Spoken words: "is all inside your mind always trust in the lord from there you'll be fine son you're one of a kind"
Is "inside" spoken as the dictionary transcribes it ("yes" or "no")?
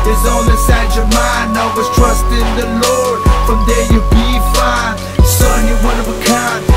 no